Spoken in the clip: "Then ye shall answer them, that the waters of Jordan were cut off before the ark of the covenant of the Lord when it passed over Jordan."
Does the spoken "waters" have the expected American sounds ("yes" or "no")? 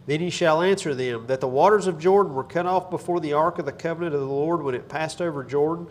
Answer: yes